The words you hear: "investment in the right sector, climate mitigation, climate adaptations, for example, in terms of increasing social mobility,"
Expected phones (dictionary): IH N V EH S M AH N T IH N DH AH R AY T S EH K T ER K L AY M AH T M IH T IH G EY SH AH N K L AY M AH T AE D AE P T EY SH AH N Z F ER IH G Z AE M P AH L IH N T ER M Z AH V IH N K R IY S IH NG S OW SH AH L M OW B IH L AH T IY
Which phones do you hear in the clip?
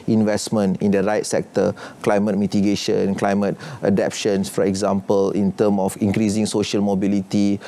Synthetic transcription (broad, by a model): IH N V EH S M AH N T IH N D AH R AY T S EH K T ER K L AY M AH T M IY T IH G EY SH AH N K L AY M AH T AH D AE P SH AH N S F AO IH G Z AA M P AH L IH N T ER M AH F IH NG K R IY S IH NG S OW SH AH L M OW B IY L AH T IY